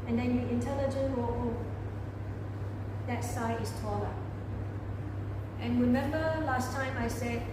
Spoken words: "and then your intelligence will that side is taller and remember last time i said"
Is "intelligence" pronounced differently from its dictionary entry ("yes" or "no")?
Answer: yes